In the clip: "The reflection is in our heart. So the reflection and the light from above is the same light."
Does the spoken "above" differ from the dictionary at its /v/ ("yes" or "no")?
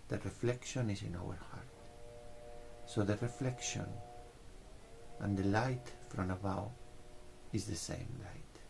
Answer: yes